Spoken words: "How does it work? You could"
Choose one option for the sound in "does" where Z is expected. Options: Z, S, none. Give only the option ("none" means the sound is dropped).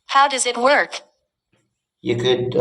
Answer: Z